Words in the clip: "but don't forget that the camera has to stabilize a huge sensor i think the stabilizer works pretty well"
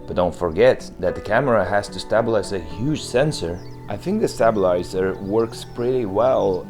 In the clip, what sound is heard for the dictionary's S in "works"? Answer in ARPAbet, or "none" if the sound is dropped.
S